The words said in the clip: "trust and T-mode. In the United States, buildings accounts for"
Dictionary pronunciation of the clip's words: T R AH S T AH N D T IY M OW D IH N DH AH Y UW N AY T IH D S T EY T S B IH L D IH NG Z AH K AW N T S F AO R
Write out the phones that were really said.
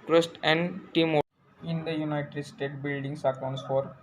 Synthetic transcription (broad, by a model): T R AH S T AH N D T IY M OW IH N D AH Y UW N AY T IH D S T EY T B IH L D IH NG S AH K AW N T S F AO R